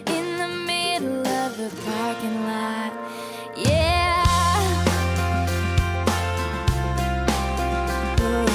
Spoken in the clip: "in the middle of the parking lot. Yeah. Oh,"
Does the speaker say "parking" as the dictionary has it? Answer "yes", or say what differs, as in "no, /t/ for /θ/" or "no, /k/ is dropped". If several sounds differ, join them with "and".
no, /f/ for /p/